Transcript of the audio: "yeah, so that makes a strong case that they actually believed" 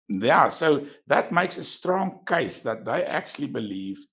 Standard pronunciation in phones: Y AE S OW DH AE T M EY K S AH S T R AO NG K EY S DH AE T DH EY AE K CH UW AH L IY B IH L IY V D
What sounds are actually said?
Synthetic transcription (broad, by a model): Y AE S OW DH AE T M EY K S AH S T R AO NG K EY S DH AE T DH EY AE K CH UW AH L IY B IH L IY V